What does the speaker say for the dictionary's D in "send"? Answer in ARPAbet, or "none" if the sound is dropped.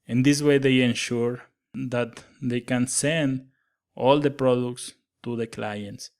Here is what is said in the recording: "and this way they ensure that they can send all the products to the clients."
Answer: D